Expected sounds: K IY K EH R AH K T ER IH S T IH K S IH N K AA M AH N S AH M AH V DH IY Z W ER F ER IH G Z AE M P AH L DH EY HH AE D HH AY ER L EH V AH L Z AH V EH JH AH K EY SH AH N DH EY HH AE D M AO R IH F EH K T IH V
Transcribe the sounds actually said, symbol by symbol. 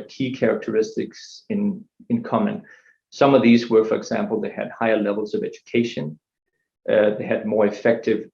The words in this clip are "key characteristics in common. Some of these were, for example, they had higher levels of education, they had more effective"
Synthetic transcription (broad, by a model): K IY K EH R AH K T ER IH S T IH K S IH N K AA M AH N S AH M AH V DH IY Z W ER F ER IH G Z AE M P L DH EY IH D HH AY ER L EH V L Z AH V EH JH AH K EY SH AH N DH EY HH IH D M AO R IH F EH K T IH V